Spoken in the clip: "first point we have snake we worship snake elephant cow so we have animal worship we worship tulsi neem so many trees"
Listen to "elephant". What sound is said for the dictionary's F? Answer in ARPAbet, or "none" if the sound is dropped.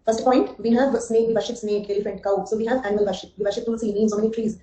F